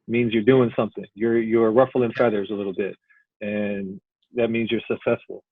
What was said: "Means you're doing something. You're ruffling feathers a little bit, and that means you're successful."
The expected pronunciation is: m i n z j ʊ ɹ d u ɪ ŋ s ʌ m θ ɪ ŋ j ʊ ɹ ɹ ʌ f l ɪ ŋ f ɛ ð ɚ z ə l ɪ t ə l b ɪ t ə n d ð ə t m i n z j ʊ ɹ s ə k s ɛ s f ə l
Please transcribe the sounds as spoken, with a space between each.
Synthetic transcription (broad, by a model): m i n z j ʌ ɹ d u ɪ ŋ s ʌ m θ ɪ ŋ j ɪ ɹ ɹ ʌ f l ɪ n f ɛ ð ɚ z ə l ɪ t l b ɪ t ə n ð ə t m i n z j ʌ ɹ s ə k s ɛ s f l